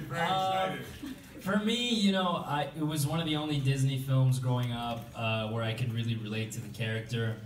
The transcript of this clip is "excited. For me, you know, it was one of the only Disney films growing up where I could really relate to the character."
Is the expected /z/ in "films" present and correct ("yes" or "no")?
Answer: yes